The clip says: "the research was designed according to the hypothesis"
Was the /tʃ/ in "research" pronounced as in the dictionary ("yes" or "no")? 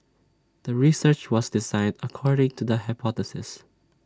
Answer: yes